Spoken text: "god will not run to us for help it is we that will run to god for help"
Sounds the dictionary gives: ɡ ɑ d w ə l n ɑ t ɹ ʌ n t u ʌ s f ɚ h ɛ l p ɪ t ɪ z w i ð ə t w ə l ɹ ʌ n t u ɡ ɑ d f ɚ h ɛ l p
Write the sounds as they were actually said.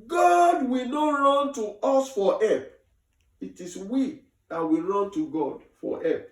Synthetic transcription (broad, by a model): ɡ ɑ d w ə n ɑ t ɹ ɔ n t u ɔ s f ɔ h ɛ p ɪ t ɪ s w i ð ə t w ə ɹ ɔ n t u ɡ ɑ d f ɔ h ɛ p